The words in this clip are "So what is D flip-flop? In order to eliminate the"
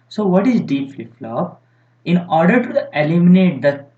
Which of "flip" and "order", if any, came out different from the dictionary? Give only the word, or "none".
flip